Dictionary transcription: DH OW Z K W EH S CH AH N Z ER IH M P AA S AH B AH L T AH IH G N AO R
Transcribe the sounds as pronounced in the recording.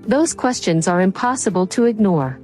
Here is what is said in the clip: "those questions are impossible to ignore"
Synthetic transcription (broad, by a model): DH OW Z K W EH S CH AH N Z ER IH M P AA S AH B AH L T AH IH G N AO R